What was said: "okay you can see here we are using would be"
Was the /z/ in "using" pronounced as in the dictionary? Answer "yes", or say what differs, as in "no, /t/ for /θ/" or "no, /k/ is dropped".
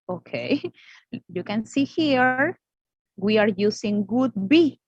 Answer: no, /s/ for /z/